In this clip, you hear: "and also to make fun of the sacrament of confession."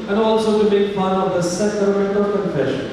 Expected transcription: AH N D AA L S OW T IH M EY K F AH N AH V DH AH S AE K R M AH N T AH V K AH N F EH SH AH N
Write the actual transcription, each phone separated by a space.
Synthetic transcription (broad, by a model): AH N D AA L S OW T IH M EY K P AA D AH V DH AH S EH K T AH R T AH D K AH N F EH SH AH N